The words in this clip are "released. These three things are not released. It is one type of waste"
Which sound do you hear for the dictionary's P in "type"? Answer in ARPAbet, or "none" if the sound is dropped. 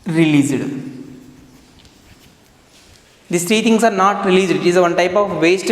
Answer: P